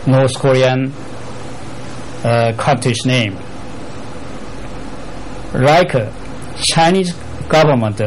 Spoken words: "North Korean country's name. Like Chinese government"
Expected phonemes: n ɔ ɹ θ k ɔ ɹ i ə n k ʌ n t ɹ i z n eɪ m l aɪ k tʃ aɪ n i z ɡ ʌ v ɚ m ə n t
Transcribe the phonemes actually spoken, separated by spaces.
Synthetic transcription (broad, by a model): n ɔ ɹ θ k ɔ ɹ i ə n k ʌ t i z n eɪ m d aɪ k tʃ aɪ n i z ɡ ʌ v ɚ m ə n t